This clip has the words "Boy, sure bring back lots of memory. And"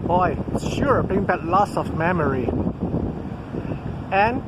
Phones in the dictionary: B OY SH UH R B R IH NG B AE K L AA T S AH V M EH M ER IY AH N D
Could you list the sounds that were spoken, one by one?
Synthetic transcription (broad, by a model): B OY SH UH R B IH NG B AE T L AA S AH V M EH M ER IY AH N